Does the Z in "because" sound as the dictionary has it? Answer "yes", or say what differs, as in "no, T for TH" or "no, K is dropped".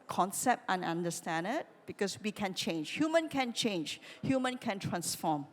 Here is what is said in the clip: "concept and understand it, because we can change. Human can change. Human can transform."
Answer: no, S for Z